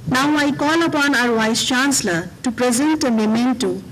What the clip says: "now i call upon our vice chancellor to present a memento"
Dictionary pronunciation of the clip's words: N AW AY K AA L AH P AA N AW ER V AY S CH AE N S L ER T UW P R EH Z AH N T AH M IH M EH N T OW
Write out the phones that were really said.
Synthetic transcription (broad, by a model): N AW AY K AA L AH P AA N AW ER W AY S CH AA N S L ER T UW P R EH Z AH N T AH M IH M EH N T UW